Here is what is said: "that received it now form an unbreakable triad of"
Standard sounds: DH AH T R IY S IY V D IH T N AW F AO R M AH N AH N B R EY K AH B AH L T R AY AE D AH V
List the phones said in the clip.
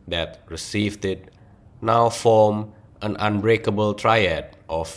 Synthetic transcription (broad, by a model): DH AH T R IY S IY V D IH T N AW F AO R M AH N AH N B R EY K AH B AH L T R AY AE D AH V